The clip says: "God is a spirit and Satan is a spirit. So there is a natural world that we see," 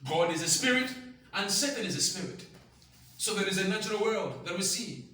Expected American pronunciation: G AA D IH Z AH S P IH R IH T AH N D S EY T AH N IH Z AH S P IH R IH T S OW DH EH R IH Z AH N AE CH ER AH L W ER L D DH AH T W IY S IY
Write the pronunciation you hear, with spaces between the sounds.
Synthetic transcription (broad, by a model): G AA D IH Z AH S P IH R IH T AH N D S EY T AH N IH Z AH S P IH R IH T S OW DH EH R IH Z AH N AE CH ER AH L W ER L D DH AH T W IY S IY